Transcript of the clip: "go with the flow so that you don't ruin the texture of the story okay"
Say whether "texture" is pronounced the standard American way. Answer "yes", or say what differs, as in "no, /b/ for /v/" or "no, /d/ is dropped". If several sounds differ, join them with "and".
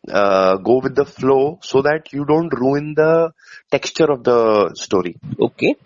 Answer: yes